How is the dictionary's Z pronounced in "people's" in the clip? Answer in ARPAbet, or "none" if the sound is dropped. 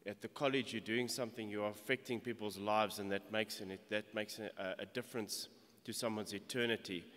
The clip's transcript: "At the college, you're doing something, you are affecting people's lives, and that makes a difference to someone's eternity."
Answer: Z